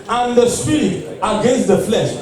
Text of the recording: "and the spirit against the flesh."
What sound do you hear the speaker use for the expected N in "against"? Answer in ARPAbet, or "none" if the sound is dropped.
N